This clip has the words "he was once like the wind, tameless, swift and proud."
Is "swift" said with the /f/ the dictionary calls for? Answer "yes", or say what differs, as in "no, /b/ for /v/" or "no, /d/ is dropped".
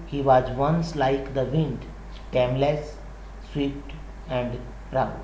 no, /p/ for /f/